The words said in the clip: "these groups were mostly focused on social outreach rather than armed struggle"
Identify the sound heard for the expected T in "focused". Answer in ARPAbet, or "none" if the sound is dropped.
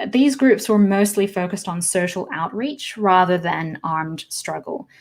T